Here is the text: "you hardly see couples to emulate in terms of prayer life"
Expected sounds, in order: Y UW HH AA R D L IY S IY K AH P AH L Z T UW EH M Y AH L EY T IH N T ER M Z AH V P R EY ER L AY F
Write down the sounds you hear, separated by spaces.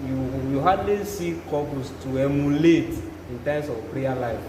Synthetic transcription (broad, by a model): Y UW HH AA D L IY S IY K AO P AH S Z T UW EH M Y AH L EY T IH N T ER M S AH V P R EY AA L AY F